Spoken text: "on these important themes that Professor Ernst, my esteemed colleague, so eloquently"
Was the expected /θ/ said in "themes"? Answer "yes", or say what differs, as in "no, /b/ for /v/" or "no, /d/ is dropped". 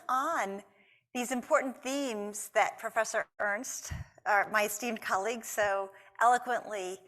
yes